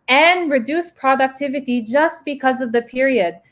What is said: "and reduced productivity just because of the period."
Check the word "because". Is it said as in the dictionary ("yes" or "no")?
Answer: yes